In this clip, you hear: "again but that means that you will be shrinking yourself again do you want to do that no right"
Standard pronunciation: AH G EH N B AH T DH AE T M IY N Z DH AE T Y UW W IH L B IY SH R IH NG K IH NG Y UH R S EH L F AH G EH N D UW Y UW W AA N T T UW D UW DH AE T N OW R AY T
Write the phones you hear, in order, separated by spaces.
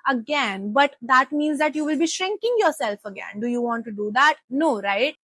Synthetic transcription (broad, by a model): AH G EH N B AH T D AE T M IY N Z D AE T Y UW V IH L B IY SH R IH NG K IH NG Y UH R S EH L F AH G EH N D UW Y UW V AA N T T UW D UW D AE T N OW R AY T